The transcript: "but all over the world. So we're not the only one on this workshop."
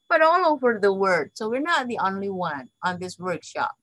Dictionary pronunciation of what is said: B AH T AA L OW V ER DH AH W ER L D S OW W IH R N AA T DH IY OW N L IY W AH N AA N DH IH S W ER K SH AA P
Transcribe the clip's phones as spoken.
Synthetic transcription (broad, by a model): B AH T AA L OW V ER DH AH W ER D S OW W IH R N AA T DH IY OW N L IY W AH N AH N DH IH S W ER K SH AA P